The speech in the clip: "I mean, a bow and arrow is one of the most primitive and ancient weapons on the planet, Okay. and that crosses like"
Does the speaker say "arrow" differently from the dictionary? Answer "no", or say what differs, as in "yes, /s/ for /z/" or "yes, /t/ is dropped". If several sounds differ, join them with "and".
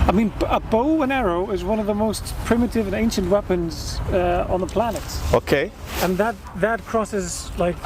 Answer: no